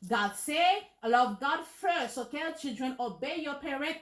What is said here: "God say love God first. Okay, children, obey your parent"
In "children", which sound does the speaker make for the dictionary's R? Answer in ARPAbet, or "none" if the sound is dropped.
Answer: R